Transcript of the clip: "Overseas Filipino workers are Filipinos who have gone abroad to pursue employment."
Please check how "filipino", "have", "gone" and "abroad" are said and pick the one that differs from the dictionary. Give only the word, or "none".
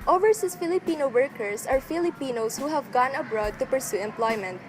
none